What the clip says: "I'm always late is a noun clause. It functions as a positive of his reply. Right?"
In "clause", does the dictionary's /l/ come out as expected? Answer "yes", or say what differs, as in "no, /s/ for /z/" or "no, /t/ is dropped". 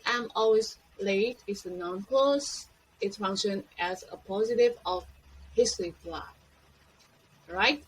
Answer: no, /l/ is dropped